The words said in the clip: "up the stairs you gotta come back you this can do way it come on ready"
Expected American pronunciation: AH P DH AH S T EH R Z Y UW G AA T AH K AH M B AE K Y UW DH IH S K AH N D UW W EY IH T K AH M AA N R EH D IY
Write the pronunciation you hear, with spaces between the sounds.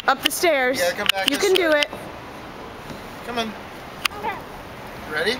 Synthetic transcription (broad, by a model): AH P DH AH S T EH R Z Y K AH M B AE K Y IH K AH N D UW IH T K AH M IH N R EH D IY